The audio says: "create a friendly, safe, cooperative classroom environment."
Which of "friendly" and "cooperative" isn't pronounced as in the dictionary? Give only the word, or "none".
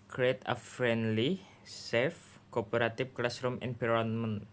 cooperative